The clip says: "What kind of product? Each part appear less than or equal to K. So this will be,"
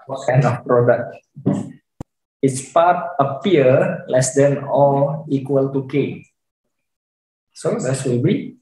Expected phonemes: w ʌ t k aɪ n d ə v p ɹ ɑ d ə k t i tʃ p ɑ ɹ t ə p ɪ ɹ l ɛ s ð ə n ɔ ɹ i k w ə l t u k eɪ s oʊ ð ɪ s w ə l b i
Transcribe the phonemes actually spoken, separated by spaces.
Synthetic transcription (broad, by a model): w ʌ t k aɪ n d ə f p ɹ ɑ d ə k t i s p ɑ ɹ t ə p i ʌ l ɛ s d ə n ɔ l i k w ə l t u k eɪ s oʊ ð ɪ s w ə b i